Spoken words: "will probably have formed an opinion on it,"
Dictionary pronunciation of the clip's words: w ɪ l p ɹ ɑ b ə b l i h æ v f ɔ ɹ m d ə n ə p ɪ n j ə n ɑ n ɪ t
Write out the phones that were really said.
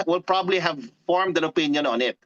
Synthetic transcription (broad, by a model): w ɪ l p ɹ ɑ b ə b l i h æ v f ɔ ɹ m d ə n ə p ɪ n j ə n ɑ n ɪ t